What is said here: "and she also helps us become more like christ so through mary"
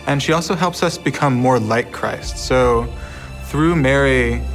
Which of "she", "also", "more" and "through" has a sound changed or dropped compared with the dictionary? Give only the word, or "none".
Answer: none